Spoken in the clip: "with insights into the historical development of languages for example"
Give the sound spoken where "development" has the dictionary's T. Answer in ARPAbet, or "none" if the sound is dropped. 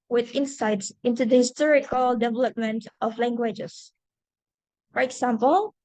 T